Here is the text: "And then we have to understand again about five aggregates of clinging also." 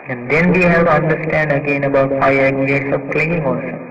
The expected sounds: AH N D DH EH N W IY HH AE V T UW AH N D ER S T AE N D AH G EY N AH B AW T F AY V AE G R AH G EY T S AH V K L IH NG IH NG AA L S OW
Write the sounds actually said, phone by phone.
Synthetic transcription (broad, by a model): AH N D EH N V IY HH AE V T UW AH N D ER S T AE N D AH G EY N AH B AW T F AY AH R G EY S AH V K L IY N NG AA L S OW